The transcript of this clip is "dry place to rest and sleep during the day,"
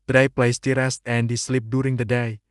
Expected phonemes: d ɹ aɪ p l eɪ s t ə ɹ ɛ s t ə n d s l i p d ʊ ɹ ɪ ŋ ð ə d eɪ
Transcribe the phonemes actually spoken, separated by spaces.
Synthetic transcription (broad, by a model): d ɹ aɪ p l eɪ s t ə ɹ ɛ s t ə n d s l i p d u ɹ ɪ ŋ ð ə d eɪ